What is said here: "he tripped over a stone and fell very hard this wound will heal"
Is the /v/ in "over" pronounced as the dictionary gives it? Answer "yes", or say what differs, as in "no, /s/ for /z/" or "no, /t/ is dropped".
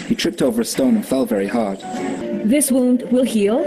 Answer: yes